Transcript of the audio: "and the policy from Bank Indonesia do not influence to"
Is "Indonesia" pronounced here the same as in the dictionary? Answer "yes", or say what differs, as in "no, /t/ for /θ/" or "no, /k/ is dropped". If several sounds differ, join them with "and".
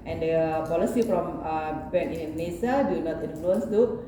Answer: no, /s/ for /ʒ/